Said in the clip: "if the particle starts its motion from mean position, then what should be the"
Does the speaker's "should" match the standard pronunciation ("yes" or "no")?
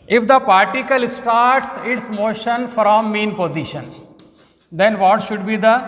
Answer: yes